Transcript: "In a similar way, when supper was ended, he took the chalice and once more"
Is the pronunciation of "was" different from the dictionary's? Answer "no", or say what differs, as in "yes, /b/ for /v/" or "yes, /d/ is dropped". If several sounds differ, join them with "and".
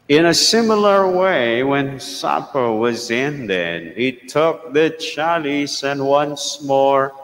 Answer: no